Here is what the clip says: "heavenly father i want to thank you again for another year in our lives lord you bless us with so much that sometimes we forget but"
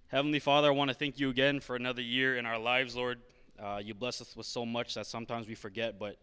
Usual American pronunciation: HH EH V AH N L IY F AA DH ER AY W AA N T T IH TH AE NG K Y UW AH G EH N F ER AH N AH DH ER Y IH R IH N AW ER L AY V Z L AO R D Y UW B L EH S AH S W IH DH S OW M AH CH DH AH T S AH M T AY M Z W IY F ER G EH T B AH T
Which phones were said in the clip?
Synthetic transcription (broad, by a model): HH EH V N L IY F AA DH ER AY W AA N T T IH TH AE NG K Y AH G EH N F ER AH N AH DH ER Y IH R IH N AW ER L AY V Z L AO R D Y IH B L EH S AH S W IH DH S OW M AH CH DH AH T S AH M T AY M Z W IY F ER G EH T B AH T